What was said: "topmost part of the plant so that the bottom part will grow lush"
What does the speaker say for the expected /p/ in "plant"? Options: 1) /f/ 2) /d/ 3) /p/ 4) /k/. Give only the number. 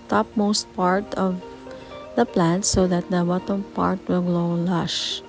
3